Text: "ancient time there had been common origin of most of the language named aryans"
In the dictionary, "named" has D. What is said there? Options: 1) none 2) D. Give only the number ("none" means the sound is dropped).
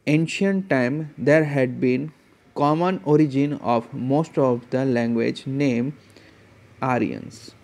1